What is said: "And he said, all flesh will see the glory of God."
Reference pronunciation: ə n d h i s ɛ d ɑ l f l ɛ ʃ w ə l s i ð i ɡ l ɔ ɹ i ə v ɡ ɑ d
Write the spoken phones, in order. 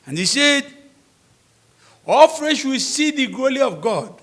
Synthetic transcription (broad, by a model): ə n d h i s ɛ d ɑ l f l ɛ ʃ w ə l s i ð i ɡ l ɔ l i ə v ɡ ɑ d